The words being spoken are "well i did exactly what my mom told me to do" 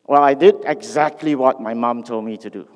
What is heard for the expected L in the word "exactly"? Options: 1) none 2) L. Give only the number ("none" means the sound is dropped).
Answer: 2